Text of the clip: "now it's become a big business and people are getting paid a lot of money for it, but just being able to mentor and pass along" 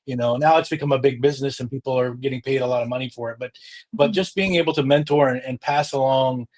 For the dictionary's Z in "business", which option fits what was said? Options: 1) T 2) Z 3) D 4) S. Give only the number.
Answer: 2